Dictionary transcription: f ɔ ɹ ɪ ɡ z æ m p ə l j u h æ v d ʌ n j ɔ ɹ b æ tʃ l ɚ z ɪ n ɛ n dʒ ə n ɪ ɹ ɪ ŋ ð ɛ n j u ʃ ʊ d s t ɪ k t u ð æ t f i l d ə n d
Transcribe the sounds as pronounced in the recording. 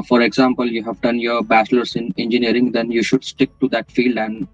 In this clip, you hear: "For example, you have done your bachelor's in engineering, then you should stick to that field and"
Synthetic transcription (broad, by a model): f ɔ ɹ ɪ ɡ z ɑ m p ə l j u h æ v d ʌ n j ɔ ɹ b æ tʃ l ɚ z ɪ n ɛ n dʒ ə n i ɹ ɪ ŋ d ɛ n j u ʃ ʊ d s t ɪ k t u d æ t f i l d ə n d